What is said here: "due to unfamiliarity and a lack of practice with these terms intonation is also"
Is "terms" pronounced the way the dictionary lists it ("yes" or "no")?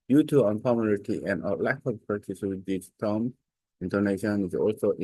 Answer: no